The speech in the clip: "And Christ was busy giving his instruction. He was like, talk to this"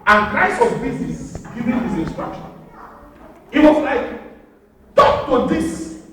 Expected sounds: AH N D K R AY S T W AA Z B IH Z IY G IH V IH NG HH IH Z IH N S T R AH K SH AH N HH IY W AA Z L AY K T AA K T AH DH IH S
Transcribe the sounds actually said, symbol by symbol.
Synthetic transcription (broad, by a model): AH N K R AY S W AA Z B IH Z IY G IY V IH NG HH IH S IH N S T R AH K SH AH N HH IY W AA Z L AY K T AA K T AH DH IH S